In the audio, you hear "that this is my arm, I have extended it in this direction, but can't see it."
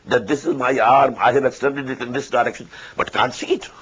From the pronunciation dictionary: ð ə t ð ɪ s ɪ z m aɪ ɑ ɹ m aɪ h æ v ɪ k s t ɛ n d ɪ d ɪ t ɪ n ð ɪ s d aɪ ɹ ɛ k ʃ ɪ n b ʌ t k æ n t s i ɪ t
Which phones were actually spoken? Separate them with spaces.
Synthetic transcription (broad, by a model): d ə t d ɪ s ɪ z m aɪ ɑ ɹ m aɪ h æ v ɪ k s t ɛ n d ɪ d ɪ t ɪ n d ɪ s d aɪ ɹ ɛ k ʃ ɪ n b ʌ t k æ n t s i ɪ t